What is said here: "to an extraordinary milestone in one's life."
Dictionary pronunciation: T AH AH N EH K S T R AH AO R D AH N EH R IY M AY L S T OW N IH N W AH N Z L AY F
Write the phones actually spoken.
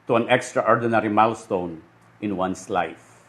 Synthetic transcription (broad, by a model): T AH AH N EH K S T R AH AO R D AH N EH R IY M AY L S T OW N IH N W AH N S L AY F